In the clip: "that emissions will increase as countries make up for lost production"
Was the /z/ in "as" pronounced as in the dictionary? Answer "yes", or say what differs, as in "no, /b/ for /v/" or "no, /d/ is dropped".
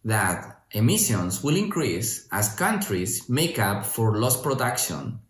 no, /s/ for /z/